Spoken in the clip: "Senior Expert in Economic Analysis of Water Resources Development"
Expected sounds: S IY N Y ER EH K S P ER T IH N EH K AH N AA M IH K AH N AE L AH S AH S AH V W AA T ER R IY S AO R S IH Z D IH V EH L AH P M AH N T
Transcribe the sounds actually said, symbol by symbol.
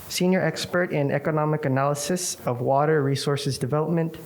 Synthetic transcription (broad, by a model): S IY N Y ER EH K S P ER T IH N EH K AH N AA M IH K AH N AE L AH S AH S AH V W AA T ER R IY S AO R S IH Z D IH V EH L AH P M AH N T